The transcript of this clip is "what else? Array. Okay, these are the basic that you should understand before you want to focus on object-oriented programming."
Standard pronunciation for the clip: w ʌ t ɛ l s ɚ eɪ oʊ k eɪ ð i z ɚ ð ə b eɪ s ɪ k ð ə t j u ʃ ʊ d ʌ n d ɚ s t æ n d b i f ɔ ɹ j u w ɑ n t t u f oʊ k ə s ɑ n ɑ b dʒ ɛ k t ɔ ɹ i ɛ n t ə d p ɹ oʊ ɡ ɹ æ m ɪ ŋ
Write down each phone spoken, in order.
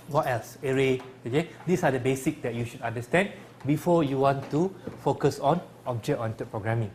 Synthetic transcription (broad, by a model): w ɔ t ɛ l s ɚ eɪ oʊ k eɪ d i s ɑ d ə b eɪ s ɪ k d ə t j u ʃ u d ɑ n d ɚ s t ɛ n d b i f ɔ j u w ɑ n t t u f oʊ k ə s ɑ n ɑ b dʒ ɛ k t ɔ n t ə p ɹ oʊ ɡ ɹ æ m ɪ ŋ